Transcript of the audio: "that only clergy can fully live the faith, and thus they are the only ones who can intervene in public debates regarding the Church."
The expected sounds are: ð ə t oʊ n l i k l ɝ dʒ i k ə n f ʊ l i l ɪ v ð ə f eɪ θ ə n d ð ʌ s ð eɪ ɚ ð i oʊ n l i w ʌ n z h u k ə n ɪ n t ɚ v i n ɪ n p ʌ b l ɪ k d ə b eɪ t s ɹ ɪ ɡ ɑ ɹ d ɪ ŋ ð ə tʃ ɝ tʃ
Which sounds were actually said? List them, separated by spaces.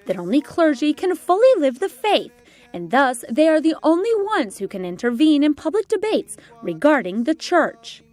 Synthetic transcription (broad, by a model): ð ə t oʊ n l i k l ɝ dʒ i k ə n f ʊ l i l ɪ v ð ə f eɪ θ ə n ð ʌ s ð eɪ ɚ ð i oʊ n l i w ʌ n z h u k ə n ɪ n t ɚ v i n ɪ n p ʌ b l ɪ k d ə b eɪ t s ɹ ɪ ɡ ɑ ɹ d ɪ ŋ ð ə tʃ ɝ tʃ